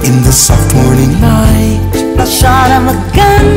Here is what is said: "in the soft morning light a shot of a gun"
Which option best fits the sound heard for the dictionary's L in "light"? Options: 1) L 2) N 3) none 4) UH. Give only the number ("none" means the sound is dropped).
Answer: 2